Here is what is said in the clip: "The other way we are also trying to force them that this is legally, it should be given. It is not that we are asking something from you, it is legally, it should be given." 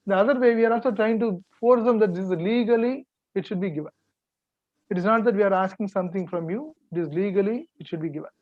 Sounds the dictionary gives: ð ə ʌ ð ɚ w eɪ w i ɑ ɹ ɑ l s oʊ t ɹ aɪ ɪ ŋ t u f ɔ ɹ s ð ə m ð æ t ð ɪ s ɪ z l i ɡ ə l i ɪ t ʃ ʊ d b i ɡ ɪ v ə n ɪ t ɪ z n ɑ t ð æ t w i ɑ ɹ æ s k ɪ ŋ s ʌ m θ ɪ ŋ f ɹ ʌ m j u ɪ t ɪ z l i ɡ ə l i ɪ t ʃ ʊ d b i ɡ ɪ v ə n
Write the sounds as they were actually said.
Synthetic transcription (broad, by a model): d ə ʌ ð ɚ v eɪ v i ɑ ɹ ɑ l s oʊ t ɹ aɪ ɪ ŋ t u f ɔ ɹ s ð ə m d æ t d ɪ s ɪ z l i ɡ ə l i ɪ t ʃ ʊ d b i ɡ ɪ v ə n ɪ t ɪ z n ɑ t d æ t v i ɑ ɹ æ s k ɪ ŋ s ʌ m t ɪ ŋ f ɹ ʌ m j u ɪ t ɪ z l i ɡ ə l i ɪ t ʃ ʊ d b i ɡ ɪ v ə n